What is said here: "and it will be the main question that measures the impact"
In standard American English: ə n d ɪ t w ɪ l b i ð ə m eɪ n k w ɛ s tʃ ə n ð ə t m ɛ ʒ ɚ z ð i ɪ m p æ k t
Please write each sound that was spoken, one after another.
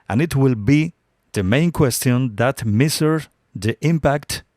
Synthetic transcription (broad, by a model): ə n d ɪ t w ɪ l b i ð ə m eɪ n k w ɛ s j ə n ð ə t m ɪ s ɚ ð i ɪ m p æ k t